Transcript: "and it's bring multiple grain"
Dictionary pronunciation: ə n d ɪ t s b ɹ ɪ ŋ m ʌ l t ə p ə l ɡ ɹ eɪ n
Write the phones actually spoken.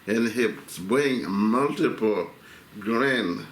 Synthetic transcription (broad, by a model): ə n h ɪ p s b ɪ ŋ m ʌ l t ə p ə l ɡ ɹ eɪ n